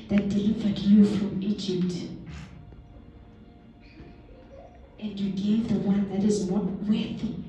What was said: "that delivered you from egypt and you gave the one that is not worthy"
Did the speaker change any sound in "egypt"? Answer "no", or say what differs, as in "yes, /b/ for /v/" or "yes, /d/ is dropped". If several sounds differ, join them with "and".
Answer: no